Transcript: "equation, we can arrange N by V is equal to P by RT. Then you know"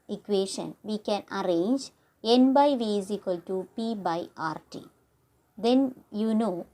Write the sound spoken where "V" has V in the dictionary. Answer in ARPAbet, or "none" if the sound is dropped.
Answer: V